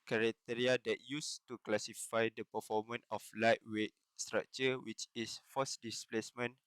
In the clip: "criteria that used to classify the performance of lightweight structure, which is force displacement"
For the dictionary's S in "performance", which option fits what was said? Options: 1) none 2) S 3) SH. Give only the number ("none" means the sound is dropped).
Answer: 1